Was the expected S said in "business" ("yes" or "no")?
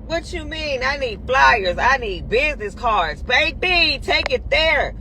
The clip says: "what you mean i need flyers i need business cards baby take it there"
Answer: yes